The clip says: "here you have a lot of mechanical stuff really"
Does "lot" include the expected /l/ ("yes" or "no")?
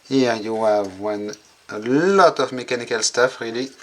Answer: yes